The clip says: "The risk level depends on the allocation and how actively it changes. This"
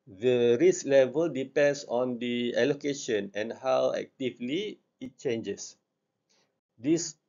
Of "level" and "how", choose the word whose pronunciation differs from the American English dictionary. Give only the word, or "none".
none